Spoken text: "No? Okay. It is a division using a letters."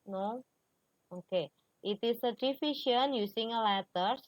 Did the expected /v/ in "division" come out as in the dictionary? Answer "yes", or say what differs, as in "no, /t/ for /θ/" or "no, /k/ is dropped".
no, /f/ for /v/